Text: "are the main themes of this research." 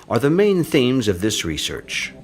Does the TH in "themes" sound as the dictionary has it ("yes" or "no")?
yes